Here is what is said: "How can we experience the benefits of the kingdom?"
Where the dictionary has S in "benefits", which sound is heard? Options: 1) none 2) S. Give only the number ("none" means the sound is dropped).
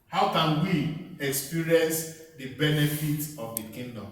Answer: 1